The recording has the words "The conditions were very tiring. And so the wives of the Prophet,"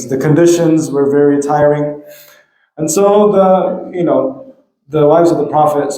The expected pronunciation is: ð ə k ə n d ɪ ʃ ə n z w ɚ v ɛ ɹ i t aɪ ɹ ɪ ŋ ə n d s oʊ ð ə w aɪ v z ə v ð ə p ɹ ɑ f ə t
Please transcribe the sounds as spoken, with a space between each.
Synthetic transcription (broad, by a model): ð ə k ə n d ɪ ʃ ə n z w ɚ v ɛ ɹ i t aɪ ɹ ɪ ŋ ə n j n oʊ ð ə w aɪ v z ə v ð ə p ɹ ɑ f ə t